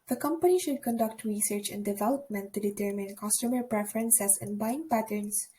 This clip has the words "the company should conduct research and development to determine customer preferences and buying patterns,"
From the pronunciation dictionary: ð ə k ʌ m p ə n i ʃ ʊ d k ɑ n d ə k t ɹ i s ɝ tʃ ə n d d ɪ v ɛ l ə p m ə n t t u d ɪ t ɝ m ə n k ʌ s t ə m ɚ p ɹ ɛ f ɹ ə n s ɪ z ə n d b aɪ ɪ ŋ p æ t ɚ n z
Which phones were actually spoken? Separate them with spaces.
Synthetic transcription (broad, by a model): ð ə k ʌ m p ə n i ʃ ʊ d k ɑ n d ə k t ɹ i s ɝ tʃ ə n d d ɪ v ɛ l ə p m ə n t t u d ɪ t ɝ m ə n k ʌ s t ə m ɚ p ɹ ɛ f ɹ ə n s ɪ s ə n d b aɪ ɪ ŋ p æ t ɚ n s